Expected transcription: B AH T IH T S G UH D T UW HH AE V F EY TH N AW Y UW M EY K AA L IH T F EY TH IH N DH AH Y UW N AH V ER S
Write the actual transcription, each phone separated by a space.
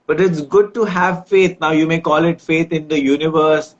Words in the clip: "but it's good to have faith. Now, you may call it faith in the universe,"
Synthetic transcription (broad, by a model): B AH T IH T S G UH D T UW HH AE V F EY T N AW Y UW M EY K AA L IH T F EY T IH N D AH Y UW N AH V ER S